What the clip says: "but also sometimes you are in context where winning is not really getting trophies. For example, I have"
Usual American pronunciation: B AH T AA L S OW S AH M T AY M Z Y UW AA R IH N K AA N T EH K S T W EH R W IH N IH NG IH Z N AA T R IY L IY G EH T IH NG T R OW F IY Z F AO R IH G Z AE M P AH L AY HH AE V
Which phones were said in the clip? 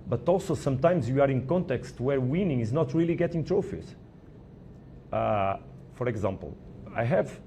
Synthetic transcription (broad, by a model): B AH T AA L S OW S AH M T AY M Z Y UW AA R IH N K AA N T EH K S T W EH R W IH N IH NG IH Z N AA T R IY L IY G EH T IH NG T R OW F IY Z F AO R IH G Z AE M P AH L AY HH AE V